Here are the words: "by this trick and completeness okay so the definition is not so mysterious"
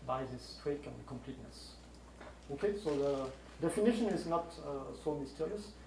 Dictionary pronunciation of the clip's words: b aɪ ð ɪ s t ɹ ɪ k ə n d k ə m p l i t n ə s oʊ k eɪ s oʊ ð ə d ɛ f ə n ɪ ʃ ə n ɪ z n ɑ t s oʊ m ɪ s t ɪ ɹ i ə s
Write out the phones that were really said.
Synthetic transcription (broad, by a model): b aɪ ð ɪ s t w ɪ k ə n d k ə m p l i t n ə s oʊ k eɪ s oʊ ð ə d ɛ f ə n ɪ ʃ ə n ɪ z n ɑ t s oʊ m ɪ s t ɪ ɹ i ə s